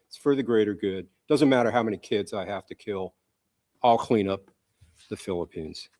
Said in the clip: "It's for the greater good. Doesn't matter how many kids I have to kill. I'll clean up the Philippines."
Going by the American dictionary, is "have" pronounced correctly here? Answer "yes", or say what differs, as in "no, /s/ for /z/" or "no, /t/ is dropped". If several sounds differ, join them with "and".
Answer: no, /f/ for /v/